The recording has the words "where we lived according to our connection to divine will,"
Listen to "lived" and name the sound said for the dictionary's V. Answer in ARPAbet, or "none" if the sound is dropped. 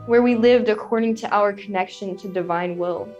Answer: V